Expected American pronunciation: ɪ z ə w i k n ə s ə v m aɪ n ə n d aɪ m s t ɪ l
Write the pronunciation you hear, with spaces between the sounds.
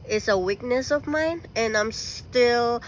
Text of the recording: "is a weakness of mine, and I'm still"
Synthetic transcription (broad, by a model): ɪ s ə w i k n ə s ə v m aɪ n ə n aɪ m s t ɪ l